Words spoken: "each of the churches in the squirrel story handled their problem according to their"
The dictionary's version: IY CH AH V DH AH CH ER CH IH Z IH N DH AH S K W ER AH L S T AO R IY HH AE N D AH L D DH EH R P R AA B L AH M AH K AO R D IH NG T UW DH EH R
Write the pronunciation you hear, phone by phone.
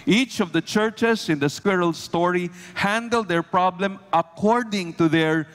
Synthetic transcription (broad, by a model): IY CH AH V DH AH CH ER CH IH S IH N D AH S K W ER AH L S T AO R IY HH AE N D AH L D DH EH R P R AA B L AH M AH K AO R D IH NG T UW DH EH R